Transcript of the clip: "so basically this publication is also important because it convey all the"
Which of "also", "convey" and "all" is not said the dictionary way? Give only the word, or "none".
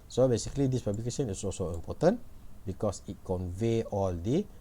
none